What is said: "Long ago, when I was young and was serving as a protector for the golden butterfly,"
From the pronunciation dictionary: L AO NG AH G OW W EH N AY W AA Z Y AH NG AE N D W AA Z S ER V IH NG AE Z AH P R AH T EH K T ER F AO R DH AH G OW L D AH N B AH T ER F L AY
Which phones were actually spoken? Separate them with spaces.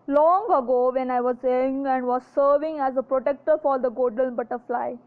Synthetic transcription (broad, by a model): L AO NG AH G OW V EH N AY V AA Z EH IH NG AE N D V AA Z S ER V IH NG AE Z AH P R AH T EH K T ER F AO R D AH G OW D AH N B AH T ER F L AY